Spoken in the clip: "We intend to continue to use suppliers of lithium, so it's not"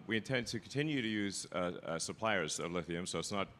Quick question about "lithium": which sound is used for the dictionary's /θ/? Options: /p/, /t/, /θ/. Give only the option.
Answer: /θ/